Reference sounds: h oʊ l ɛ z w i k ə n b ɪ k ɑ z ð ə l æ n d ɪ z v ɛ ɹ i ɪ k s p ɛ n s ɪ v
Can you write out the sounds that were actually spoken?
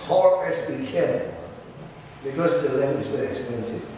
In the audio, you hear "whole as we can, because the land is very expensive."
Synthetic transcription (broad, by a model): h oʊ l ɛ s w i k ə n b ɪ k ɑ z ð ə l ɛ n ɪ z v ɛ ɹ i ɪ k s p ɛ n s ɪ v